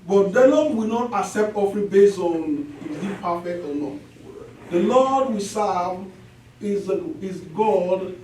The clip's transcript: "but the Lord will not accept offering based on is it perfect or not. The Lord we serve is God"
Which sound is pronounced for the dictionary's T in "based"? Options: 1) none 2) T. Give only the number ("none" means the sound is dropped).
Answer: 1